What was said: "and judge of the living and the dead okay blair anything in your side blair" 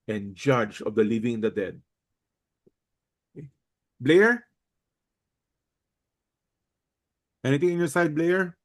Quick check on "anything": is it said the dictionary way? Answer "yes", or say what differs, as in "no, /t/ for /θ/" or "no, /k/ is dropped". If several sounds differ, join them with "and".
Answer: no, /t/ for /θ/